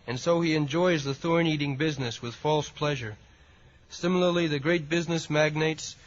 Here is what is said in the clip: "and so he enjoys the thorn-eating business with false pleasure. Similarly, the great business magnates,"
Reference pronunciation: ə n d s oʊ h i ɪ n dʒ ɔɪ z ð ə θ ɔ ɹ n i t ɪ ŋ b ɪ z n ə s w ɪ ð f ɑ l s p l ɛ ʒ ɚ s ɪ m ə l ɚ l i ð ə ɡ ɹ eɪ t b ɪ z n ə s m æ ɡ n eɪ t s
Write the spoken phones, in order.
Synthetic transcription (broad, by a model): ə n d s oʊ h i ɪ n dʒ ɔɪ z ð ə θ ɔ ɹ n i t ɪ ŋ b ɪ z n ə s w ɪ ð f ɑ l s p l ɛ ʒ ɚ s ɪ m l ɚ l i ð ə ɡ ɹ eɪ t b ɪ z n ə s m æ ɡ n eɪ t s